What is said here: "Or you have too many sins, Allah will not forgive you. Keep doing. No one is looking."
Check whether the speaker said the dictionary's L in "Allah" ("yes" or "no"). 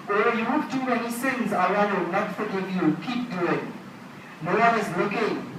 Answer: no